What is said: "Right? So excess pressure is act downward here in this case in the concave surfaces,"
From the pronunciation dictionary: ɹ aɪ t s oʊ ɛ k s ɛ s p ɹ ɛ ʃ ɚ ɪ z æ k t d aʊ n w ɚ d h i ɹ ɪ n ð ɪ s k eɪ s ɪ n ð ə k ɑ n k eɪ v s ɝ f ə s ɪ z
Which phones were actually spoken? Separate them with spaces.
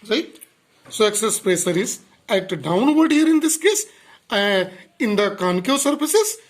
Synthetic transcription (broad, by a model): ɹ aɪ t s oʊ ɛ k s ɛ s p ɹ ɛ s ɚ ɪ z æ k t d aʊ n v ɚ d h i ɹ ɪ n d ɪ s k eɪ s ɪ n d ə k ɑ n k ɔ s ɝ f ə s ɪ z